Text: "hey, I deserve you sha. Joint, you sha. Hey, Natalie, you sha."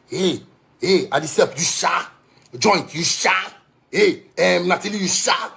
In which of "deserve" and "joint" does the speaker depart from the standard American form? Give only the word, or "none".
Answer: deserve